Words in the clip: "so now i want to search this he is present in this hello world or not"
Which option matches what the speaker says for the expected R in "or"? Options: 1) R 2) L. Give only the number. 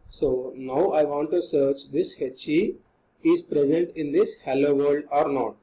1